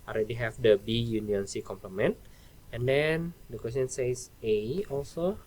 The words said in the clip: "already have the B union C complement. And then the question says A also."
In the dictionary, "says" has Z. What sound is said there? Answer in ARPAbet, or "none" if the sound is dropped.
S